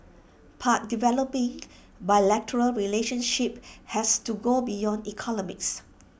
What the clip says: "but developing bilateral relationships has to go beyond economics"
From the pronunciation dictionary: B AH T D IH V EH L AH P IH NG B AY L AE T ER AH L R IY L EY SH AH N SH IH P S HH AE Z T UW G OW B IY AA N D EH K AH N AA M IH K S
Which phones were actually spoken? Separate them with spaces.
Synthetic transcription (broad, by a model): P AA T D IH V EH L AH P IH NG B AY L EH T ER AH L R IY L EY SH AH N SH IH P HH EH S T UW G OW B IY AA N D EH K AH N AA M IH K S